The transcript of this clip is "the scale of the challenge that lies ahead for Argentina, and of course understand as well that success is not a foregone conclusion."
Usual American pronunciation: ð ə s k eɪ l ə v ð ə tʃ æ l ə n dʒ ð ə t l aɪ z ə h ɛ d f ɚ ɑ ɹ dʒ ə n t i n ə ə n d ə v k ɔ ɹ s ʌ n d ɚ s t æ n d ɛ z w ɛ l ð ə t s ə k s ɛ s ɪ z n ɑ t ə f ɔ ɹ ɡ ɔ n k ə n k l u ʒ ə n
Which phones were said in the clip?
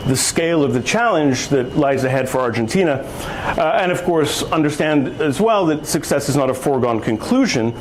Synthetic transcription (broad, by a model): ð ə s k eɪ l ə v ð ə tʃ æ l ə n dʒ ð ə t l aɪ z ə h ɛ d f ɚ ɑ ɹ dʒ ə n t i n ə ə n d ə v k ɔ ɹ s ʌ n d ɚ s t æ n d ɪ z w ɛ l ð ə t s ə k s ɛ s ɪ z n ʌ t ə f ɔ ɹ ɡ ɔ n k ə n k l u ʒ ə n